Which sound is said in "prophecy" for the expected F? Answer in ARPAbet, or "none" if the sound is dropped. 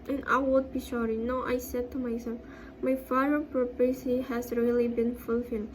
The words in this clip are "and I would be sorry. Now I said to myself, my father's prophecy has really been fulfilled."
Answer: P